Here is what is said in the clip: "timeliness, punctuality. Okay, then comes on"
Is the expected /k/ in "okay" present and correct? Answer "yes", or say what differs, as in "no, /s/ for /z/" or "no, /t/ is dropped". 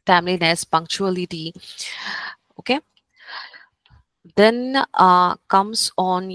yes